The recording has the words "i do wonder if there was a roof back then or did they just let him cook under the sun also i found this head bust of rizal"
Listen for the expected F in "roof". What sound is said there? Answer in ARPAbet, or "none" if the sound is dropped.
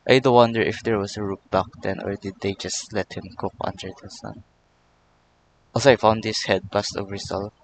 P